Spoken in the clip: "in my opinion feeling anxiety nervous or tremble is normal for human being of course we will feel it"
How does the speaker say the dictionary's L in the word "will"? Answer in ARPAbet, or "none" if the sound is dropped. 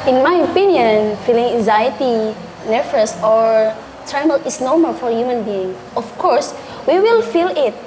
L